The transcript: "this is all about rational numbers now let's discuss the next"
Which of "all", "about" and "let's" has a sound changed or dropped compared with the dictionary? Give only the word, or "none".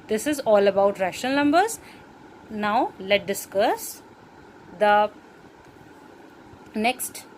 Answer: let's